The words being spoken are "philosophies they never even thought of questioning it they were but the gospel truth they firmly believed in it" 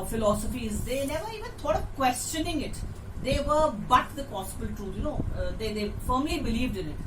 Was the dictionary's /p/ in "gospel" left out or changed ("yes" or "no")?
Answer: yes